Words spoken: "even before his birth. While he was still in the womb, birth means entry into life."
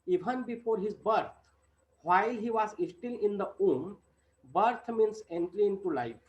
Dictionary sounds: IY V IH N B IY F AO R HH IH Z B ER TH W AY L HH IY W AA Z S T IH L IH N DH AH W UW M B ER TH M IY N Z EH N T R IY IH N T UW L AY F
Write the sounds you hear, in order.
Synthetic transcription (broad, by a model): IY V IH N B IY F AO R HH IH Z B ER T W AY L HH IY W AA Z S T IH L IH N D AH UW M B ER T M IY N S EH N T L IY IH N T UW L AY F